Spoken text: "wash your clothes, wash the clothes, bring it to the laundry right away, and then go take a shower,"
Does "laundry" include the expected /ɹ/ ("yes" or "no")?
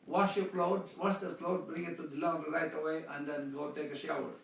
no